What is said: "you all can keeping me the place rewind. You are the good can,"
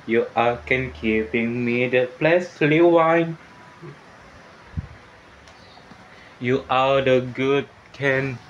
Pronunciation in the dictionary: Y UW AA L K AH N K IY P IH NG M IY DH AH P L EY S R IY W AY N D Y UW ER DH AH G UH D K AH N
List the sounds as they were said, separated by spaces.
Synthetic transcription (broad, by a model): Y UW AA K AH N K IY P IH NG M IY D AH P L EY S L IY W AY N Y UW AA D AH G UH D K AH N